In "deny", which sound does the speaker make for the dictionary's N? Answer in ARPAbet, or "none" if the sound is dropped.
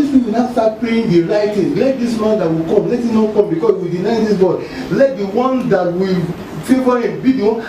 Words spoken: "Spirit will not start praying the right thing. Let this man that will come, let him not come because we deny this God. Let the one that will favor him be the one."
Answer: N